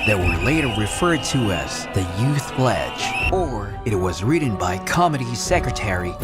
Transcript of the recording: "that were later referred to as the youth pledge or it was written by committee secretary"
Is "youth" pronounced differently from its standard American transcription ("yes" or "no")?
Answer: no